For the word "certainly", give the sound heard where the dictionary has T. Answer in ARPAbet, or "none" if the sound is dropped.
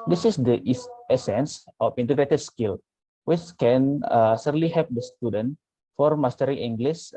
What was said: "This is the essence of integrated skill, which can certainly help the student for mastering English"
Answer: S